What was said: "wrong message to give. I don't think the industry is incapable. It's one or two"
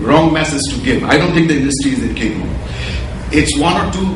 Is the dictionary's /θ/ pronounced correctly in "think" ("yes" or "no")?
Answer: no